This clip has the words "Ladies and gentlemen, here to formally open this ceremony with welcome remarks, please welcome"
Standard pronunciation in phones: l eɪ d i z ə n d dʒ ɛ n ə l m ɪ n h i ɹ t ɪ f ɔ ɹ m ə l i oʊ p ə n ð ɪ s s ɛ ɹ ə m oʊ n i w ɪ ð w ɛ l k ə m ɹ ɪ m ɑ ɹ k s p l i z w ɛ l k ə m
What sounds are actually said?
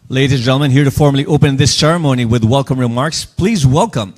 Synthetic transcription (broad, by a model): l eɪ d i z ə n dʒ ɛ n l m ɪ n h i ɹ t ɪ f ɔ ɹ m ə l i oʊ p ə n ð ɪ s s ɛ ɹ ə m oʊ n i w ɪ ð w ɛ l k ə m ɹ ɪ m ɑ ɹ k s p l i z w ɛ l k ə m